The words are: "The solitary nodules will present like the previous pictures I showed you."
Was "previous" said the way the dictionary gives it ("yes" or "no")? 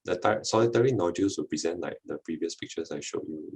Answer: yes